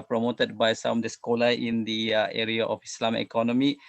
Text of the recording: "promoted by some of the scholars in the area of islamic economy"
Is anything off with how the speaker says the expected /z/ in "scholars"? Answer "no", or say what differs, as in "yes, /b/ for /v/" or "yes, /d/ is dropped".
yes, /z/ is dropped